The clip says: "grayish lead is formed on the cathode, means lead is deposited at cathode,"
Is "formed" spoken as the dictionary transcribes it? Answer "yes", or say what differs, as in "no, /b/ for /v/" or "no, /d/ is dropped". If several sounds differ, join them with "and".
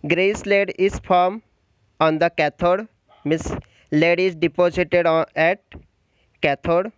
no, /d/ is dropped